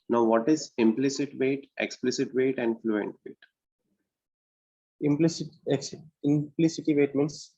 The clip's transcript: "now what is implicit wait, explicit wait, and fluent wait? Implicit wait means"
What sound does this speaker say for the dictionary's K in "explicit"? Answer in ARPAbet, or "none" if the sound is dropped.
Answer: K